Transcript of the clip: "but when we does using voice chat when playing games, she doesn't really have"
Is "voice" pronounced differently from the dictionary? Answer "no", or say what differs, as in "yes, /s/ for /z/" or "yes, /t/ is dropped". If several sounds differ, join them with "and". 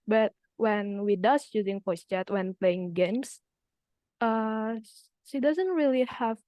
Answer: yes, /p/ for /v/